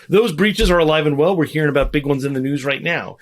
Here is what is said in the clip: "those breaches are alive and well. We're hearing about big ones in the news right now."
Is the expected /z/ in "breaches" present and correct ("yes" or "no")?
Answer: yes